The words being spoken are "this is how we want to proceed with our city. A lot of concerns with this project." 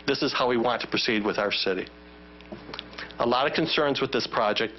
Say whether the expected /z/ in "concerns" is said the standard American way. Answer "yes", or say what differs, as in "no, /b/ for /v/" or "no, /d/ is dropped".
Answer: yes